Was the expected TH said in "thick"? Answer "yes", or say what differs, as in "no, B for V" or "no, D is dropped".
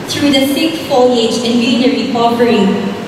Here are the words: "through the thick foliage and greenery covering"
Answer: no, S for TH